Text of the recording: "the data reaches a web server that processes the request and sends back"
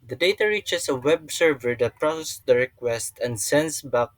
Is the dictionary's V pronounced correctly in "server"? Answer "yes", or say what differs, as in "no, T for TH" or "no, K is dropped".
yes